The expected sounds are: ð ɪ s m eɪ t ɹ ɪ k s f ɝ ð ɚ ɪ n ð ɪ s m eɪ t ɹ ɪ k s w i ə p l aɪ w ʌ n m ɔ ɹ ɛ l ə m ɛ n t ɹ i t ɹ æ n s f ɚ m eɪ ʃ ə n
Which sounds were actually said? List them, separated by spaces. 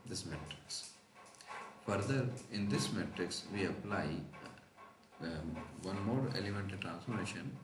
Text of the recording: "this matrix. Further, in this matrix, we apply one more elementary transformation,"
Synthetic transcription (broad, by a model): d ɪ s m eɪ t ɹ ɪ k s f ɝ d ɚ ɪ n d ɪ s m eɪ t ɹ ɪ k s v i ə p l aɪ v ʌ n m ɔ ɹ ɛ l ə m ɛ n t i t ɹ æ n s f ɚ m eɪ ʃ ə n